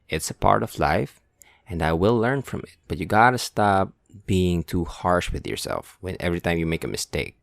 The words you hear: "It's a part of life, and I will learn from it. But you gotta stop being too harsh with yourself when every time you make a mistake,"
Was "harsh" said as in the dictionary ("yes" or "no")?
yes